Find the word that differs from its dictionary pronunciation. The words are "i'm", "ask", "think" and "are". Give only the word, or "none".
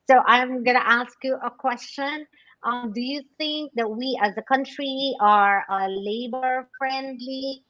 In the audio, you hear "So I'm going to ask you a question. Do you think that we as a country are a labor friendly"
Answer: none